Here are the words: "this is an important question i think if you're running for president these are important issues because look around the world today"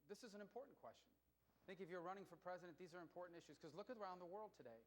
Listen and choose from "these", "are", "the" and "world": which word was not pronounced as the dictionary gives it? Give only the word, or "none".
none